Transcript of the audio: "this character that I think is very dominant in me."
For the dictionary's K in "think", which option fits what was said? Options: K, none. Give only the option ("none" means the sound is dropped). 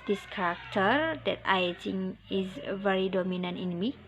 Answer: none